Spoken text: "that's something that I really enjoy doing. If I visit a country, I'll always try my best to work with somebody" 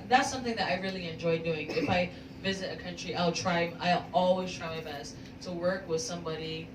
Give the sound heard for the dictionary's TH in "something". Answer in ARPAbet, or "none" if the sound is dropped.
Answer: TH